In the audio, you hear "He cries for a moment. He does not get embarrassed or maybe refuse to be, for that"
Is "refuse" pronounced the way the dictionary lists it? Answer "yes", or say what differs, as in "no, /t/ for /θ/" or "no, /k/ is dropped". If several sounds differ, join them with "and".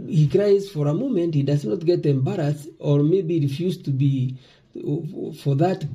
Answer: yes